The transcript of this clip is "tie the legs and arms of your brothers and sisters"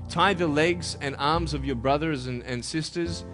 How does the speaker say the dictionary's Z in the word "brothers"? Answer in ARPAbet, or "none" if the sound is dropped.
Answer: Z